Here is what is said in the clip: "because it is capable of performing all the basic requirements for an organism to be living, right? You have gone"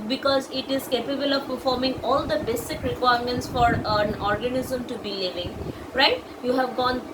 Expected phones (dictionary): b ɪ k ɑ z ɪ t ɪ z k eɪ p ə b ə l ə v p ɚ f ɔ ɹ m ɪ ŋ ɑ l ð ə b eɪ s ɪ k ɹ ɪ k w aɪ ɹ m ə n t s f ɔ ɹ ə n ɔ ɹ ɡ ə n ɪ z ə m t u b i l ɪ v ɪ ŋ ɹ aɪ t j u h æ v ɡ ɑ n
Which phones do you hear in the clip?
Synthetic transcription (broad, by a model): b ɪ k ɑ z ɪ t ɪ z k eɪ p ə b ə l ə v p ɚ f ɔ ɹ m ɪ ŋ ɑ l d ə b eɪ s ɪ k ɹ ɪ k w aɪ ɹ m ə n t s f ɔ ɹ ə n ɔ ɹ ɡ ə n ɪ z ə m t u b i l ɪ v ɪ ŋ ɹ aɪ t j u h æ v ɡ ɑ n